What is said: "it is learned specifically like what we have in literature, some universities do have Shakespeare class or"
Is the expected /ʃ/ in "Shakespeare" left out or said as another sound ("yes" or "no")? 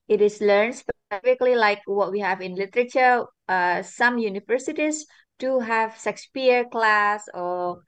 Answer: yes